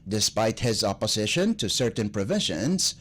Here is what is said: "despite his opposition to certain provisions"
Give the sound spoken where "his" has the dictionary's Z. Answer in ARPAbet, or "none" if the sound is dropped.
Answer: Z